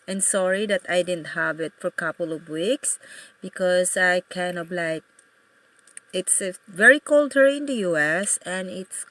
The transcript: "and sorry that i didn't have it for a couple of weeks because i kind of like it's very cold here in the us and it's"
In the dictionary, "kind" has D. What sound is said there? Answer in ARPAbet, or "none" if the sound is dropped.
none